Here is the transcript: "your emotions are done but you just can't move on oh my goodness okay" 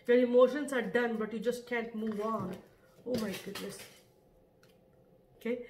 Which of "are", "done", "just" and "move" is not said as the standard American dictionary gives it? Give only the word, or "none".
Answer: none